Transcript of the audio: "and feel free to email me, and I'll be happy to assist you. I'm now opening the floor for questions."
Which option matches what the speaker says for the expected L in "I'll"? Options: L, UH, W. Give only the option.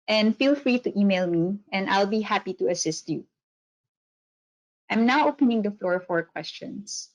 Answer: L